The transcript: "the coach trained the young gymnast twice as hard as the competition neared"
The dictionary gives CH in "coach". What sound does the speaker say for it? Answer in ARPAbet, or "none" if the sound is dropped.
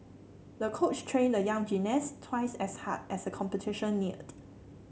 CH